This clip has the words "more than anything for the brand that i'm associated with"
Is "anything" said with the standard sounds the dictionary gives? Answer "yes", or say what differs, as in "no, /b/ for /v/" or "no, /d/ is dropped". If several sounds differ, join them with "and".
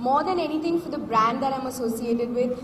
no, /t/ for /θ/